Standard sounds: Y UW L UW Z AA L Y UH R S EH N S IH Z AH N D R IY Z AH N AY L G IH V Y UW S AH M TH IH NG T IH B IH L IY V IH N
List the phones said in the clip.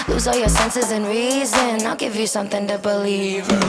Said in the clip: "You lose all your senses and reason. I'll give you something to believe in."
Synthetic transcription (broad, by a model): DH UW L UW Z AA L Y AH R S EH N S IH Z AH N R IY Z AH N AY L G IH V Y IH S AH M TH IH NG T IH B IH L IY V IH